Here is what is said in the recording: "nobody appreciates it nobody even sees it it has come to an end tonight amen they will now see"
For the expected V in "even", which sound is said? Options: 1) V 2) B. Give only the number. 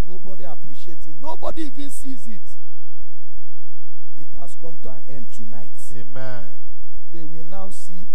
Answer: 1